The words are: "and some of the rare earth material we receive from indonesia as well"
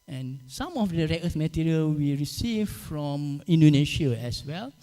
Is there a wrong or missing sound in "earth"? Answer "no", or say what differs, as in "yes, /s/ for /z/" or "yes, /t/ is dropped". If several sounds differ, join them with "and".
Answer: yes, /s/ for /θ/